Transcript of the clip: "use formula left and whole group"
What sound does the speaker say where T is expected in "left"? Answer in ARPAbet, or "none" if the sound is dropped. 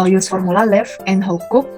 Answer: none